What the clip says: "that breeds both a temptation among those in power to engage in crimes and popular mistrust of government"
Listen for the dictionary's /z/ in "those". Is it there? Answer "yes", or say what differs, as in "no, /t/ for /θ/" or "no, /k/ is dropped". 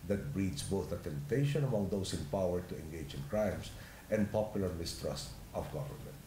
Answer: no, /s/ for /z/